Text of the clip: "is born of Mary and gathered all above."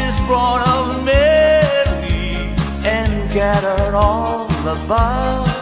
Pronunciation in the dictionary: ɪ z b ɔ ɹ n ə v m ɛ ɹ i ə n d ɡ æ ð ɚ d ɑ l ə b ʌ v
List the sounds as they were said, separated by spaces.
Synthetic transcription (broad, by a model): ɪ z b ɔ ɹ ə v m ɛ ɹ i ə n ɡ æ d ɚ ɑ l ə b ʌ